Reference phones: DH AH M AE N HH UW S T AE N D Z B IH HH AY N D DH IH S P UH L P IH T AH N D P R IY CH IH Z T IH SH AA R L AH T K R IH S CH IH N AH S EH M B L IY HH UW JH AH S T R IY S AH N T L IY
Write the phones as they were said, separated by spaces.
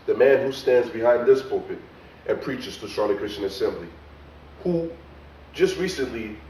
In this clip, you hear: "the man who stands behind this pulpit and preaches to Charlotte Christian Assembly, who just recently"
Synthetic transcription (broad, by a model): DH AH M AE N HH UW S T AE N D Z B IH HH AY N DH IH S P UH P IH T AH N P R IY CH IH Z T IH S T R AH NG K R IH S CH IH N AH S EH M B L IY HH UW JH AH S T R IY S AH N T L IY